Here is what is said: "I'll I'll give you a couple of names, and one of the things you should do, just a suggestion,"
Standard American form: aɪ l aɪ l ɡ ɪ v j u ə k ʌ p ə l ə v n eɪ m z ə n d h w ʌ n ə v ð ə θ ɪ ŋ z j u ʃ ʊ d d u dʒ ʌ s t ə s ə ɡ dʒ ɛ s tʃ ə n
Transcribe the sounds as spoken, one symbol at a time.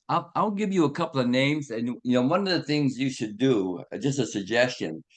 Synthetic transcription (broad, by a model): aɪ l aɪ l ɡ ɪ v j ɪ ə k ʌ p l ə v n eɪ m z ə n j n w ʌ n ə v ð ə θ ɪ ŋ z j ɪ ʃ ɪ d d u dʒ ʌ s t ə s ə ɡ dʒ ɛ s tʃ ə n